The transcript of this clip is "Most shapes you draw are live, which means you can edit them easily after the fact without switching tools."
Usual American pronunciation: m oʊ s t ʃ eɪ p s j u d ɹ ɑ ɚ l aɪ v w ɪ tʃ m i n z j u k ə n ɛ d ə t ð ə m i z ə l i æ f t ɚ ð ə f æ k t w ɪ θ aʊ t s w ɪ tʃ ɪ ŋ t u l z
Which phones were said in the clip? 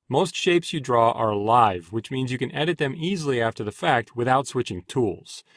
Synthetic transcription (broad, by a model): m oʊ s t ʃ eɪ p s j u d ɹ ɑ ɚ l aɪ v w ɪ tʃ m i n z j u k ə n ɛ d ə t ð ə m i z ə l i æ f t ɚ ð ə f æ k t w ɪ θ aʊ t s w ɪ tʃ ɪ ŋ t u l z